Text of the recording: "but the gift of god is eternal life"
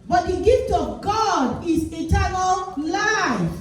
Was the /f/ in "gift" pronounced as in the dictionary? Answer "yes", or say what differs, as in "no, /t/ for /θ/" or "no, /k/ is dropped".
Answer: yes